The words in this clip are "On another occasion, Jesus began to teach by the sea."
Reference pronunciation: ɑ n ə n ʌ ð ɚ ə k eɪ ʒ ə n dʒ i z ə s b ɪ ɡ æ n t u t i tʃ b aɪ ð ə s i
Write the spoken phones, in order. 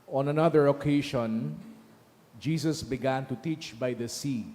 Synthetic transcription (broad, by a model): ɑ n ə n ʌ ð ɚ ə k eɪ ʃ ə n dʒ i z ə s b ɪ ɡ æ n t u t i tʃ b aɪ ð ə s i